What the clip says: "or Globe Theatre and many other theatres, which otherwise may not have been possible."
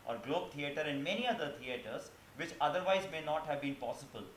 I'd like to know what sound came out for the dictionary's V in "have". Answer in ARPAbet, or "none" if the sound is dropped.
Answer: V